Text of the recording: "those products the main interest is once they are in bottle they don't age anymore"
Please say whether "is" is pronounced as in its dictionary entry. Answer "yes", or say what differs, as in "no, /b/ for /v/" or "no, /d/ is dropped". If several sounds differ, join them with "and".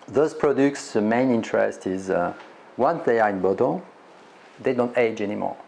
yes